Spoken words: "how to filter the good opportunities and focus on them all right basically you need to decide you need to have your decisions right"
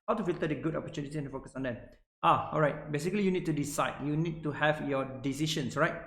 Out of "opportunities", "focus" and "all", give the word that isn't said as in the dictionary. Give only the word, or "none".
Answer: opportunities